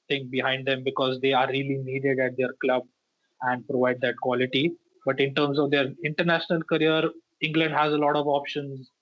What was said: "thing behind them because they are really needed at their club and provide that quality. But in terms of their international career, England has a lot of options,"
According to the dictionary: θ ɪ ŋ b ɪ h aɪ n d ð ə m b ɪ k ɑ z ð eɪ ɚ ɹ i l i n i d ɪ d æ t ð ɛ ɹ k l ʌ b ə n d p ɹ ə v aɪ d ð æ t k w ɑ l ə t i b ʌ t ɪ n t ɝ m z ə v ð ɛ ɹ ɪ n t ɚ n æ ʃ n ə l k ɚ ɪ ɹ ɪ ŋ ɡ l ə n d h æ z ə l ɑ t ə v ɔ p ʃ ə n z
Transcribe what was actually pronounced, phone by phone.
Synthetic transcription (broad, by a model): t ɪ ŋ b ɪ h aɪ n d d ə m b ɪ k ɑ z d eɪ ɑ ɹ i l i n i d ɪ d æ t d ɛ ɹ k l ʌ b ə n d p ɹ ə v aɪ d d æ t k w ɑ l ə t i b ʌ t ɪ n t ɝ m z ə v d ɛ ɹ ɪ n t ɚ n æ ʃ n ə l k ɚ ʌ ɹ ɪ ŋ ɡ l ə n d h æ z ə l ɑ t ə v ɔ p ʃ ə n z